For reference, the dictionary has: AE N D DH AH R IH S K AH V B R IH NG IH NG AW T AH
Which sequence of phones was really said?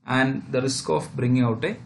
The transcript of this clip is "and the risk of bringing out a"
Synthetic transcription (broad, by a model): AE N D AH R IH S K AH F B R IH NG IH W T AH